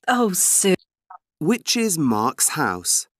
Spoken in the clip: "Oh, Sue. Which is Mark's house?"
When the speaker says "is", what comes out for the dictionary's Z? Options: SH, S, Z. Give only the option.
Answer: Z